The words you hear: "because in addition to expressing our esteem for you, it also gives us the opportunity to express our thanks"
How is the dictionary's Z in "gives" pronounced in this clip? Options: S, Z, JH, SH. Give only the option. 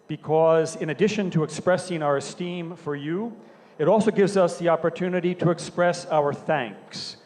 Z